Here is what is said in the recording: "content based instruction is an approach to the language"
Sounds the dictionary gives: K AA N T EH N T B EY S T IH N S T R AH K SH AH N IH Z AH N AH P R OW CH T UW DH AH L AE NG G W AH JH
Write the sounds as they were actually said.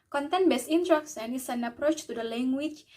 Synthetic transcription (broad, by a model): K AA N T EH N B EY S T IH N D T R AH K S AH N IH S AH N AH P R OW CH T UW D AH L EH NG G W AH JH